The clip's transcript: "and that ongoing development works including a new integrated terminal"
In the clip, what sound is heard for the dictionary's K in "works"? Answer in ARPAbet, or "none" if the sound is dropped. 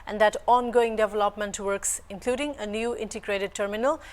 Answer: K